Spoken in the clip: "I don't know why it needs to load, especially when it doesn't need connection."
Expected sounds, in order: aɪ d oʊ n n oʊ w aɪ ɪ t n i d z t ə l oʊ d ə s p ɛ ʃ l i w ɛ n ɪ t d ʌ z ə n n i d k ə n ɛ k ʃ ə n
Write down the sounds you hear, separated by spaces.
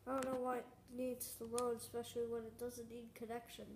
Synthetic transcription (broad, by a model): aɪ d oʊ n n oʊ w aɪ ɪ t n i d z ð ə w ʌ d ə s p ɛ ʃ l i w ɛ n ɪ t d ʌ z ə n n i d k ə n ɛ k ʃ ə n